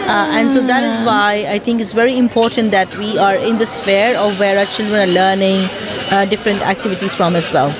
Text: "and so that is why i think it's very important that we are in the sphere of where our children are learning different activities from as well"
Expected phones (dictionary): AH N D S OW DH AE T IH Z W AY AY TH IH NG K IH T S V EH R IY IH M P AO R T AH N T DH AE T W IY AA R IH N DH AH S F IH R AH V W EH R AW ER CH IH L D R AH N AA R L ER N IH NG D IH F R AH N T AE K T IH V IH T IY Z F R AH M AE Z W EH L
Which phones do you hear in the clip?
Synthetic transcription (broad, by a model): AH N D S OW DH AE T IH Z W AY AY T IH NG K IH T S V EH R IY IH M P AO R T AH N T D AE T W IY AA R IH N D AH S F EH R AH V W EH R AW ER CH IH L D R AH N AA R L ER N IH NG D IH F R AH N T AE K T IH V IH T IY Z F R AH M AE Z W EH L